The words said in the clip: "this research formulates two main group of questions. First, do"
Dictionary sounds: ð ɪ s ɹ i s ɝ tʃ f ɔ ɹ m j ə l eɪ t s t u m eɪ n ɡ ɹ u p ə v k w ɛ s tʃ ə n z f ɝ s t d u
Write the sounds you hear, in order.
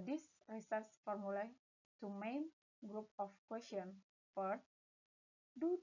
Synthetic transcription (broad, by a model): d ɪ s ɹ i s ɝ s f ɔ ɹ m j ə l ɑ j t u m eɪ n ɡ ɹ u p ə f k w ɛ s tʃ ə n f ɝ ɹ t d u